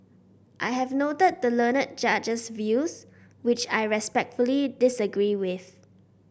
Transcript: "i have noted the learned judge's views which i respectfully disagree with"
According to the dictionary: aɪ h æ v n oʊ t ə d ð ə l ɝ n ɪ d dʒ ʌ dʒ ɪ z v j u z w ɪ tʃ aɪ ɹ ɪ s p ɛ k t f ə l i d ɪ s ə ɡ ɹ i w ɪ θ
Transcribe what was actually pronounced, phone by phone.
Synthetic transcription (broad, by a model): aɪ h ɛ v n oʊ t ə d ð ə l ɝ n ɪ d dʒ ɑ dʒ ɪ s v j u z w ɪ tʃ aɪ ɹ ɪ s p ɛ k t f ə l i d ɪ s ə ɡ ɹ i w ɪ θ